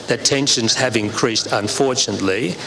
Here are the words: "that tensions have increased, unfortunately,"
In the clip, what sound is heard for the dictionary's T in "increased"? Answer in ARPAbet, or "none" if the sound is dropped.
T